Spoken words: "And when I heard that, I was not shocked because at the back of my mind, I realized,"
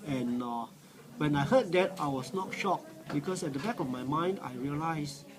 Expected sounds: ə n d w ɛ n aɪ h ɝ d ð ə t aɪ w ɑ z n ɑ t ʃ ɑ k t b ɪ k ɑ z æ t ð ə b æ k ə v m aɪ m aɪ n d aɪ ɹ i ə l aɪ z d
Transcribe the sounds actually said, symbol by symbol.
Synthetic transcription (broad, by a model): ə n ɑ w ɛ n aɪ h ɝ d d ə t aɪ w ɑ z n ɑ t ʃ ɑ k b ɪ k ɑ s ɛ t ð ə b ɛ k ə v m aɪ m aɪ n d aɪ ɹ i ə l aɪ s